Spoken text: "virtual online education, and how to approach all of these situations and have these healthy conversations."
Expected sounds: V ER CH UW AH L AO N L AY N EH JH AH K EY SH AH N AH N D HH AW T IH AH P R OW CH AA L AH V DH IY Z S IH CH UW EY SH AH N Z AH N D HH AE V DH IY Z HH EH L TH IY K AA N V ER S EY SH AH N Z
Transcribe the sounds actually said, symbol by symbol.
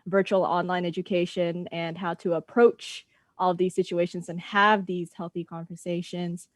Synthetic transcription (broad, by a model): V ER CH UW L AO N L AY N EH JH AH K EY SH AH N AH N HH AW T IH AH P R OW CH AA L AH V DH IY Z S IH CH UW EY SH AH N Z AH N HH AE V DH IY Z HH EH L TH IY K AA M V ER S EY SH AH N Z